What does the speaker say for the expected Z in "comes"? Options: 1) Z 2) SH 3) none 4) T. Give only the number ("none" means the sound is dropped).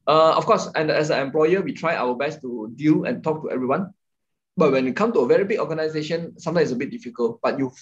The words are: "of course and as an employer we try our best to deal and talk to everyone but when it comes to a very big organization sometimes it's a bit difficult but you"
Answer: 3